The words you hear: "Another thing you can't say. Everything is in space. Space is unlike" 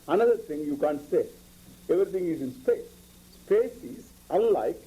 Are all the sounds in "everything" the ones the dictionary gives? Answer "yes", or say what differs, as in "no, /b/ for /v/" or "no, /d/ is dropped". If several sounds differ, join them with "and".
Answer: no, /t/ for /θ/